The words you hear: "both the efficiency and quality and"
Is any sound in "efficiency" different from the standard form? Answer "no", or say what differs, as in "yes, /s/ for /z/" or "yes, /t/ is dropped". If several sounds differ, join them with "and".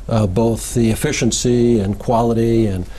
no